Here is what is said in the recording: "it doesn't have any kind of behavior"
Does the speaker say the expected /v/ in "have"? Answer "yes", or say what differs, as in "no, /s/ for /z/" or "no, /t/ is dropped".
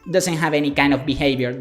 yes